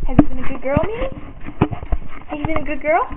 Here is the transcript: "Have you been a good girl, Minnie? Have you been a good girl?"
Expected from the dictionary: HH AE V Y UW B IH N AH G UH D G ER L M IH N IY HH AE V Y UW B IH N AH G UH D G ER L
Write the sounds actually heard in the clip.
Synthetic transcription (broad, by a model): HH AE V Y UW B IH N AH G UH D G ER L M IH IY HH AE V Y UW B IH N AH G UH D G ER L